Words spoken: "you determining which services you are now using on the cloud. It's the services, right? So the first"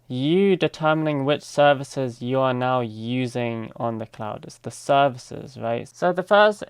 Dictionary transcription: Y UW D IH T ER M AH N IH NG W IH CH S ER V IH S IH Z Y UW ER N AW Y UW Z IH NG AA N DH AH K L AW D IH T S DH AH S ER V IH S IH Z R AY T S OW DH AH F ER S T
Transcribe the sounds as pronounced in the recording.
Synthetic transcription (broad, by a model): Y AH D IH T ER M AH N IH NG W IH CH S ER V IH S IH Z Y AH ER N AW Y UW Z IH NG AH N DH AH K L AW D IH T S DH AH S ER V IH S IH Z R AY T S OW DH AH F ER S T